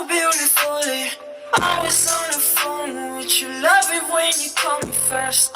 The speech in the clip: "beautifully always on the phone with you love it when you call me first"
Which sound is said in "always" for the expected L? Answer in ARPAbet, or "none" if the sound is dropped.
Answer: none